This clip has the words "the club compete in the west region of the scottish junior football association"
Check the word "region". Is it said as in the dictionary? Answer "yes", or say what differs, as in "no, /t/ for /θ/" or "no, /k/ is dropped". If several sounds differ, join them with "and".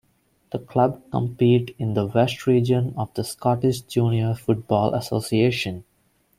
yes